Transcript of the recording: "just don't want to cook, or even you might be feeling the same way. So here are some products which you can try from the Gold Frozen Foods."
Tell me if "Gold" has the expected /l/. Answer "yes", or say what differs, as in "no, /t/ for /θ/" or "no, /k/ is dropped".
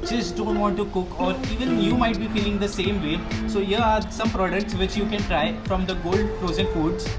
yes